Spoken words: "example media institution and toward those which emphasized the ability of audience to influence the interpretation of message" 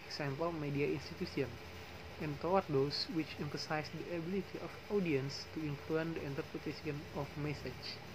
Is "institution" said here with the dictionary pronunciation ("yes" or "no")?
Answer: no